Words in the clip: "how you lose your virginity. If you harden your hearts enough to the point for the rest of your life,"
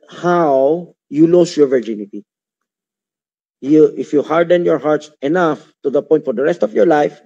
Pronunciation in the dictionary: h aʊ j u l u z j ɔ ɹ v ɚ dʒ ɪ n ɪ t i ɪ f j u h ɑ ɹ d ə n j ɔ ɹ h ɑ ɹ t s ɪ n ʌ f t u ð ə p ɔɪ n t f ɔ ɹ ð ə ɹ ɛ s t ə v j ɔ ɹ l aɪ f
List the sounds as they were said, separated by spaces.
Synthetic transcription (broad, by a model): h aʊ j u l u s j ɔ ɹ v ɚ dʒ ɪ n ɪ t i ɪ f j u h ɑ ɹ d ə n j ɔ ɹ h ɑ ɹ t s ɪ n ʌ f t u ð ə p ɔɪ n t f ɔ ɹ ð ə ɹ ɛ s t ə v j ɔ ɹ l aɪ f